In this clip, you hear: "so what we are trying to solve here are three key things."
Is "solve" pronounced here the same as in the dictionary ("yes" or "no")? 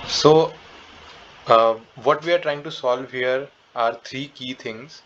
yes